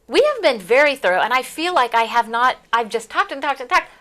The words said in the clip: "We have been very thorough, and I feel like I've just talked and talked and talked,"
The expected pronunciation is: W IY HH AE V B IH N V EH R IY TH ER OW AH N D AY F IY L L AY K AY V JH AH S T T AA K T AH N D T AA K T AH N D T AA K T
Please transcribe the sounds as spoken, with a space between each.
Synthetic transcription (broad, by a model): W IY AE V B IH N V EH R IY TH ER OW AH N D AY F IY L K AY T AY V JH AH S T T AA K T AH N T AA K T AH N T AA K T